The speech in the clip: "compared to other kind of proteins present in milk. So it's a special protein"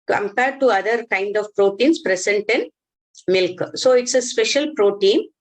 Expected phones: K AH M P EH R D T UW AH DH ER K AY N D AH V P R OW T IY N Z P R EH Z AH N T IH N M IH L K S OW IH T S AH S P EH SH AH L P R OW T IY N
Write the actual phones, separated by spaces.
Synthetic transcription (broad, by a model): K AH M P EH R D T UW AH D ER K AY N D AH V P R OW T IY N S P R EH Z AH N T IH N M IH L K S OW IH T S AH S P EH SH AH L P R OW T IY N